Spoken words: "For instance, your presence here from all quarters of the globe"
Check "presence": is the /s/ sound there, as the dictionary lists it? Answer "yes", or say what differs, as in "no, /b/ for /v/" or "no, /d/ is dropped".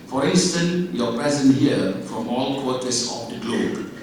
no, /s/ is dropped